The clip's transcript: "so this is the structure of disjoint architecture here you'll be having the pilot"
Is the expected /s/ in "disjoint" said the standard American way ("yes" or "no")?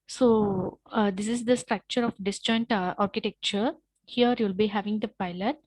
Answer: yes